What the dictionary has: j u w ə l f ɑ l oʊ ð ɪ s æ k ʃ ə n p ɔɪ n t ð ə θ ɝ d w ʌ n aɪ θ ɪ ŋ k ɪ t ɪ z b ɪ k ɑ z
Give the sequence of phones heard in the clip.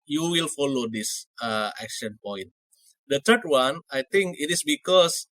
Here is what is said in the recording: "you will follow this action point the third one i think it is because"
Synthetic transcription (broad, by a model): j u w ə l f ɑ l oʊ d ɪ s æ k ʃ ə n p ɔɪ n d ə t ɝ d w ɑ n aɪ t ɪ ŋ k ɪ t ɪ s b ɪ k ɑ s